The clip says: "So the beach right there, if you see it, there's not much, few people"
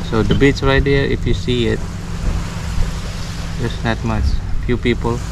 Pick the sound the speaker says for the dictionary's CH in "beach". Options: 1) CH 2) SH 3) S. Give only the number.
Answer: 3